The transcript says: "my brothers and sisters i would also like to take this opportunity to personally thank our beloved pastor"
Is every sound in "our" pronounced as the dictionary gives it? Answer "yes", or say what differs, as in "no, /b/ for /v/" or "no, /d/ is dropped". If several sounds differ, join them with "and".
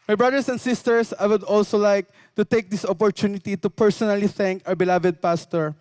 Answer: no, /w/ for /ɹ/